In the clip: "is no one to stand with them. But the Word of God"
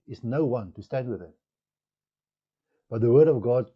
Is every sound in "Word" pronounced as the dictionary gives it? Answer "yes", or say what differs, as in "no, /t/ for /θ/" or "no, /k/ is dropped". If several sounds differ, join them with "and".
yes